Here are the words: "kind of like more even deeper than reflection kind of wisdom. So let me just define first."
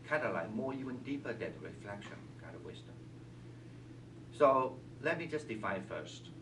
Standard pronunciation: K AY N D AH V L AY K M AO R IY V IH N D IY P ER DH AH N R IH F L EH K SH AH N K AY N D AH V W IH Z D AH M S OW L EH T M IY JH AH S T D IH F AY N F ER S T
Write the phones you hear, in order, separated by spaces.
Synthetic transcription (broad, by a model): K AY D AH L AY M AO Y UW IH N D IY P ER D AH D R IH F L EH K SH AH N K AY D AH W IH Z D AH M S OW L EH T M IY JH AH S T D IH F AY F ER S T